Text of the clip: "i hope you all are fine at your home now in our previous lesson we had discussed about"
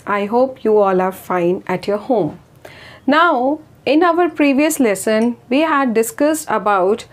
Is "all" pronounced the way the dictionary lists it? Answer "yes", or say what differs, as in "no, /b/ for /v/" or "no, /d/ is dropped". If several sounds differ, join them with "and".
yes